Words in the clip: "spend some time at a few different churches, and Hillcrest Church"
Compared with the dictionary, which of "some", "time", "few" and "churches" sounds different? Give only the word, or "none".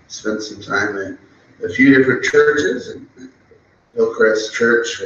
none